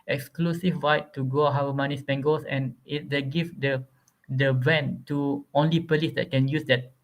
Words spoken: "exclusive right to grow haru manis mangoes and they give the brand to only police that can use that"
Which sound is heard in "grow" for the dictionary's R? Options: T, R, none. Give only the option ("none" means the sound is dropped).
none